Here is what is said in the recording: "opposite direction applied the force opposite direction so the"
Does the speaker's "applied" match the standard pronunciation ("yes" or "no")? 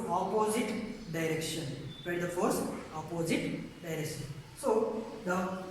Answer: no